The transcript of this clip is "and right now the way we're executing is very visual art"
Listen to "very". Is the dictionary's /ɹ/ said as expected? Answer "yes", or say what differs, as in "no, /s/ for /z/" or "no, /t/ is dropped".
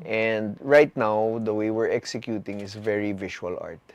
yes